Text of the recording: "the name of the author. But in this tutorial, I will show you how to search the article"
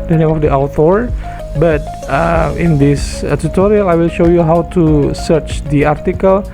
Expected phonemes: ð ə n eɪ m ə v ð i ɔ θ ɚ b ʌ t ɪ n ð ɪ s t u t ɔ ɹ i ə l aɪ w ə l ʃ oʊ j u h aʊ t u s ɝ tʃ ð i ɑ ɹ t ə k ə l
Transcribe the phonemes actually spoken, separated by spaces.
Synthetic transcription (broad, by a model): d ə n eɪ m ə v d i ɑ t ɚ b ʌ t ɪ n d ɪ s t u t ɔ ɹ i ə l aɪ w ə l ʃ oʊ j u h aʊ t u s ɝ tʃ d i ɑ ɹ t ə k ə l